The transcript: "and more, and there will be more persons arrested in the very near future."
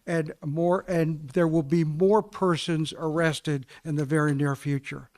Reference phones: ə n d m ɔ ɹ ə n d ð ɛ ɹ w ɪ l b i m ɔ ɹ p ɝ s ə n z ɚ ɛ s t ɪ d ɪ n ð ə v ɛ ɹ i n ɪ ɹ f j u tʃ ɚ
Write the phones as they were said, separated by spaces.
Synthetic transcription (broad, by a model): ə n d m ɔ ɹ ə n ð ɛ ɹ w ɪ l b i m ɔ ɹ p ɝ s ə n z ɚ ɛ s t ɪ d ɪ n ð ə v ɛ ɹ i n ɪ ɹ f j u tʃ ɚ